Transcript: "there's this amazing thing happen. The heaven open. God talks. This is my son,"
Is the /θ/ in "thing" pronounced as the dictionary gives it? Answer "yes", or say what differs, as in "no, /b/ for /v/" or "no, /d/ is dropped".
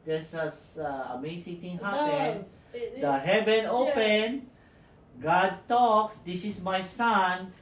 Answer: no, /t/ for /θ/